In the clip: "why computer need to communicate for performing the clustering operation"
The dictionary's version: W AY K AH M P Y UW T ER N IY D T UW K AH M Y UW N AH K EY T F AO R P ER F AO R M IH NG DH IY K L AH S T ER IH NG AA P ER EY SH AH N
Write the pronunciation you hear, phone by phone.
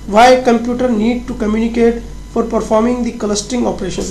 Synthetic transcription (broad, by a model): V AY K AH M P Y UW T ER N IY D T UW K AH M Y UW N AH K EY T F AO R P ER F AO R M IH NG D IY K L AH S T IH NG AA P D EY SH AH N